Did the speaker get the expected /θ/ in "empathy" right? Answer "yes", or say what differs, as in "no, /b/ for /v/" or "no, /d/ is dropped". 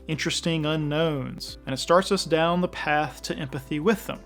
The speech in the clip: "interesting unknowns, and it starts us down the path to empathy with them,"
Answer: yes